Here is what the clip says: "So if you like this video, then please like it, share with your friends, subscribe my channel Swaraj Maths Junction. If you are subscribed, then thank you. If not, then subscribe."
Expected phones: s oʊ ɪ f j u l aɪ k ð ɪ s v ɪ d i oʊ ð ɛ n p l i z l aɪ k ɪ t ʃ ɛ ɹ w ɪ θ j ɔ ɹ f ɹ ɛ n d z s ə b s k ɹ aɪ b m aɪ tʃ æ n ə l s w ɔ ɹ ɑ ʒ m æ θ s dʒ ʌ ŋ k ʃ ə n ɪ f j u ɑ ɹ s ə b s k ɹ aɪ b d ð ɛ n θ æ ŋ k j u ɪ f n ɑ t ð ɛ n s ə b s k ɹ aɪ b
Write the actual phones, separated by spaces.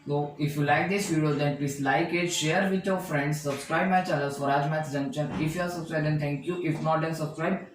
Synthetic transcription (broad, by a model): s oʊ ɪ f j u l aɪ k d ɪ s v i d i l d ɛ n p l i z l aɪ k ɪ t ʃ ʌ ɹ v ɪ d j ɔ ɹ f ɹ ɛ n d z s ə b s k ɹ aɪ b m aɪ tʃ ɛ l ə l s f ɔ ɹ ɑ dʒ m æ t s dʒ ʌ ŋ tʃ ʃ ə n ɪ f j u ɑ ɹ s ə b s k ɹ aɪ b d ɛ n t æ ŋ k j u ɪ f n ɑ t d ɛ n s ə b s k ɹ aɪ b